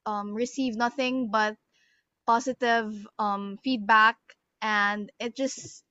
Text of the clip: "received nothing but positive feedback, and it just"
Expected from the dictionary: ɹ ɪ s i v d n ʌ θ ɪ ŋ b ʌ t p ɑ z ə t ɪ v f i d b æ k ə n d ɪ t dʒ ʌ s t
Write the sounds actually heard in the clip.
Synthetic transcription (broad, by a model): ɹ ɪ s i v n ʌ θ ɪ ŋ b ʌ t p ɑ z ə t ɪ v f i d b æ k ə n d ɪ t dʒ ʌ s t